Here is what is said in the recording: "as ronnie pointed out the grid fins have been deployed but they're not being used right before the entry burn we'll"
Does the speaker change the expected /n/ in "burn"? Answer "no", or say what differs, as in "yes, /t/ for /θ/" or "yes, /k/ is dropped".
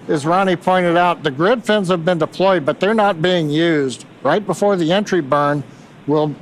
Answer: no